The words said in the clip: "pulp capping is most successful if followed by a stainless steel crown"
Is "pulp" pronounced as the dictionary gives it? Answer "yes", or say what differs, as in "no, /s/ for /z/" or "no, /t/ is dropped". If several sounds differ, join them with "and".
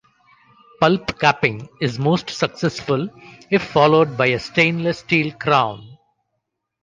yes